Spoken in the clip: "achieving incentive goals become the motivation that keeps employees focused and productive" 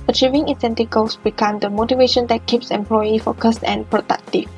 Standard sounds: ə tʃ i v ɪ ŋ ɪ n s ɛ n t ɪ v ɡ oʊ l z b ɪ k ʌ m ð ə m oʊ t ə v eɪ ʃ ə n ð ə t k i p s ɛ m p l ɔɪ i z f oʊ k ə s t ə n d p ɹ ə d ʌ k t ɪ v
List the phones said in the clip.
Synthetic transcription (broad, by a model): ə tʃ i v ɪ ŋ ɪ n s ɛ n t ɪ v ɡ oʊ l s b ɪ k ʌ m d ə m oʊ t ə v eɪ ʃ ə n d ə t k i p s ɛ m p l ɔɪ i f oʊ k ə s t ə n p ɹ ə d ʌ k t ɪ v